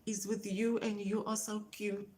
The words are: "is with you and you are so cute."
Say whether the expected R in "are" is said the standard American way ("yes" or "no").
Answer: no